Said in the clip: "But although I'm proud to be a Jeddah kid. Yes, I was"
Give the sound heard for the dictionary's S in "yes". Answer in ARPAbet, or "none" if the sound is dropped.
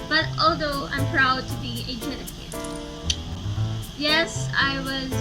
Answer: S